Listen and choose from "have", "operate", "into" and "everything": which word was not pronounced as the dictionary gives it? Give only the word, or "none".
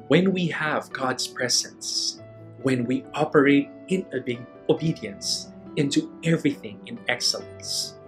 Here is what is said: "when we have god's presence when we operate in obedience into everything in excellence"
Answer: none